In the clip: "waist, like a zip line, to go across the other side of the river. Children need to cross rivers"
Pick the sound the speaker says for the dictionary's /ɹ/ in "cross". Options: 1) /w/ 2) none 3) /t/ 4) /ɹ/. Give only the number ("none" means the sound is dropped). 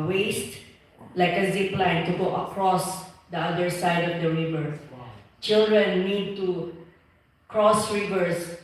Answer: 4